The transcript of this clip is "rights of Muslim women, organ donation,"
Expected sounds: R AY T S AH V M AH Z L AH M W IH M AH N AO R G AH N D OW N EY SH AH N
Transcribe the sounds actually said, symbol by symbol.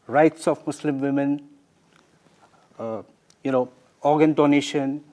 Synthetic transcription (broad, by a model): R AY T S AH F M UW S L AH M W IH M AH N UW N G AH N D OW N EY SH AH N